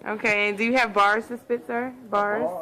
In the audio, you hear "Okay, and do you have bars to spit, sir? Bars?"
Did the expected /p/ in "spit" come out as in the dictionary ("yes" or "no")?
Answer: no